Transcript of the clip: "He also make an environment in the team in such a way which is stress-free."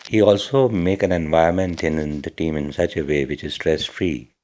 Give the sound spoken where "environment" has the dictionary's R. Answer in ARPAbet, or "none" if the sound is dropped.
none